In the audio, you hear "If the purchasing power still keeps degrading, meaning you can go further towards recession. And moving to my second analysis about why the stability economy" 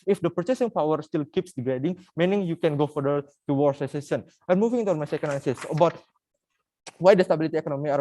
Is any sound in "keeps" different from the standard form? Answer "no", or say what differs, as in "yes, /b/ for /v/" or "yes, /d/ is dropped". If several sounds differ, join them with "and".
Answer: no